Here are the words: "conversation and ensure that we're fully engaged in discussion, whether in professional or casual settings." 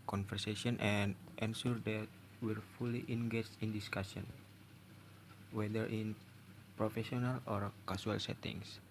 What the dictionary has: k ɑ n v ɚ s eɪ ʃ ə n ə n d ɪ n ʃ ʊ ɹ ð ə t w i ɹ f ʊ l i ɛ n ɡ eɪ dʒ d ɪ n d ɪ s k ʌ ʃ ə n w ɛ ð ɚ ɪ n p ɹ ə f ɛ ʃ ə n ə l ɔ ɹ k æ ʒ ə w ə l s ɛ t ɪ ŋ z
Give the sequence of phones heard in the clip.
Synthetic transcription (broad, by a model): k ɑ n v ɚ s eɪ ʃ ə n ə n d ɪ n s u ɹ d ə t w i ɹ f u l i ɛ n ɡ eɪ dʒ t ɪ n d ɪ s k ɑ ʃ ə n w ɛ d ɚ ɪ n p ɹ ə f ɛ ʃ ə n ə l ɔ ɹ k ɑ s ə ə l s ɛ t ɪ ŋ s